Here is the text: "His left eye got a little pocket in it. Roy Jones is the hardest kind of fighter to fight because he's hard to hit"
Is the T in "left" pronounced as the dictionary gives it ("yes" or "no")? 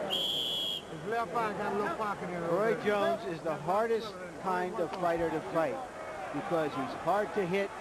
no